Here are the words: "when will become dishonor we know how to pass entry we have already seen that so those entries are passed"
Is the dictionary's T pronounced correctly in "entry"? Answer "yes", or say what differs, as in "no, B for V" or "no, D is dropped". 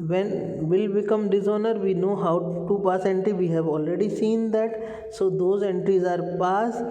yes